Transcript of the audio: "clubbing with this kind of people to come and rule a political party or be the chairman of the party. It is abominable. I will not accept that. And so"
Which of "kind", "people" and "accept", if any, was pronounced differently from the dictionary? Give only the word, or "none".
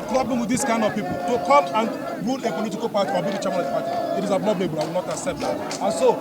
accept